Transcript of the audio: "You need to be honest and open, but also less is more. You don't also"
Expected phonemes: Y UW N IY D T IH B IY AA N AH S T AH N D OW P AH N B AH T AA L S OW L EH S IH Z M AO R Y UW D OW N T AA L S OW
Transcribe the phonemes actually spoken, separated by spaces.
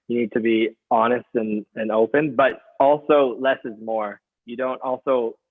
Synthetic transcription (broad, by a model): Y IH N IY D T IH B IY AA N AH S T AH N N OW P AH N B AH T AA L S OW L EH S IH Z M AO R Y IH D OW N T AA L S OW